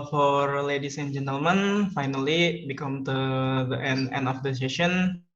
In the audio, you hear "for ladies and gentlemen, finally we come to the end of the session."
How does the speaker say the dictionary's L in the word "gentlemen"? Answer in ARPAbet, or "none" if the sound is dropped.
L